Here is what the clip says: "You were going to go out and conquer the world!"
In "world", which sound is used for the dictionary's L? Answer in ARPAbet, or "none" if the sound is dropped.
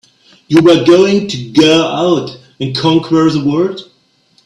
none